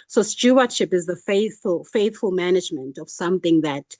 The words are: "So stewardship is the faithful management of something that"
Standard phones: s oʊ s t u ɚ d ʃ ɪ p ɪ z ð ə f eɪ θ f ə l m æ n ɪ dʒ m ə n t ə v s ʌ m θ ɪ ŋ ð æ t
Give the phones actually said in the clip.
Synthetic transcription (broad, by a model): s oʊ s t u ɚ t ʃ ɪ p ɪ z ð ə f eɪ θ f ə l m æ n ɪ dʒ m ə n t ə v s ʌ m θ ɪ ŋ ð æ t